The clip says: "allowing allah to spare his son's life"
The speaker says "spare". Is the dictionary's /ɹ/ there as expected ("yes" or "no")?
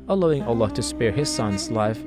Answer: yes